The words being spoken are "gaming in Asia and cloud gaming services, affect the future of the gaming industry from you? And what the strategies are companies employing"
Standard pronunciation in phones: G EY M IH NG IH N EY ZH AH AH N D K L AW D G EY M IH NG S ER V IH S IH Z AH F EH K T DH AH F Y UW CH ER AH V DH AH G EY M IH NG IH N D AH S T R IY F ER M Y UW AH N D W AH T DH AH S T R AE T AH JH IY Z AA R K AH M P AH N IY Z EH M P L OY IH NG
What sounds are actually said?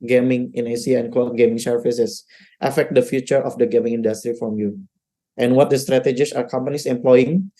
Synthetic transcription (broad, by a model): G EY M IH NG IH N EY S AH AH N K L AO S G EY M IH NG S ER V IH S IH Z AH F EH K T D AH F Y UW CH ER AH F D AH G EY M IH NG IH N D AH S T R IY F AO M Y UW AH N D W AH T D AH S T R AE T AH JH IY S AA R K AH M P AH N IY S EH M P L OY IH NG